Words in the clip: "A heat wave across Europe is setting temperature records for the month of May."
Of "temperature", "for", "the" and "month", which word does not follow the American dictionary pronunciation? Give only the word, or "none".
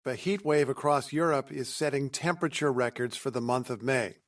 none